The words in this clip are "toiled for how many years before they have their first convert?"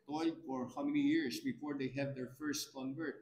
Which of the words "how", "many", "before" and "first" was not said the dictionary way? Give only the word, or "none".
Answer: none